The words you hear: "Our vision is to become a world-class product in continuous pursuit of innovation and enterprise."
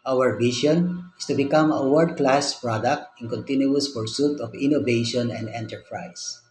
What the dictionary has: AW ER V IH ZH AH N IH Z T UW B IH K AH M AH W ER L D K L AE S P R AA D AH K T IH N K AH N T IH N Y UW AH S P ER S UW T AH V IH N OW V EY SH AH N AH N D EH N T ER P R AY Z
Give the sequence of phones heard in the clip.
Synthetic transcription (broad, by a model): AW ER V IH SH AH N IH S T UW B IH K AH M AH W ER D K L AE S P R AA D AH K T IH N K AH N T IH N Y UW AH S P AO S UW T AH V IH N OW V EY SH AH N AH N D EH N T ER P R AY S